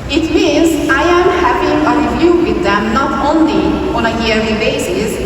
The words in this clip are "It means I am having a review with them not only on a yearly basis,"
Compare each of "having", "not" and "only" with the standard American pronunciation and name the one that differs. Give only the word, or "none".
having